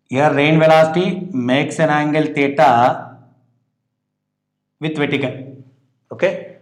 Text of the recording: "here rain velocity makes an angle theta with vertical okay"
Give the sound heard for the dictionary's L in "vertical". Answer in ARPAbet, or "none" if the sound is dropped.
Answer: N